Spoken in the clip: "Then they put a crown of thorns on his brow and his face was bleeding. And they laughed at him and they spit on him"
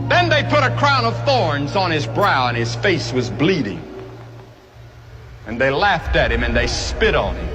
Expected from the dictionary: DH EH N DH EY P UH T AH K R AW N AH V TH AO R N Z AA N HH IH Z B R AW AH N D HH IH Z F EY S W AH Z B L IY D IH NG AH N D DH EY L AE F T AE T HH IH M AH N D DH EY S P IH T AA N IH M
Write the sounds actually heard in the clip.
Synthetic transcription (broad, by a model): DH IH N DH EY P UH T AH K R AW N AH V TH AO R N Z N IH Z B R AW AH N IH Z F EY S W AH Z B L IY D IH NG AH N DH EY L AE F T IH T HH IH M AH N DH EY S P IH T N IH M